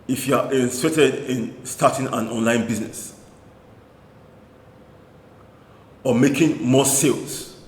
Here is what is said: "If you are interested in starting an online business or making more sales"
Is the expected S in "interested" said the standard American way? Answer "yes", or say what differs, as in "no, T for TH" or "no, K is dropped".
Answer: no, S is dropped